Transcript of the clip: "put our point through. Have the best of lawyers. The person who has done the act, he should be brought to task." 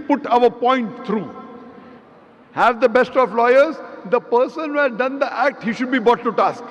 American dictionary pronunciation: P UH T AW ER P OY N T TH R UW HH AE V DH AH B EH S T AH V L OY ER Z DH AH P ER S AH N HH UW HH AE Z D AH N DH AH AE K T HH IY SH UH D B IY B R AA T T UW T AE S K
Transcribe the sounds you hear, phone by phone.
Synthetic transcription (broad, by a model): P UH T AW ER P OY N T T R UW HH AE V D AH B EH S T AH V L OY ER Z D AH P ER S AH N HH UW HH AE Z D AH N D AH AE K T HH IY SH UH D B IY B AA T T UW T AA S K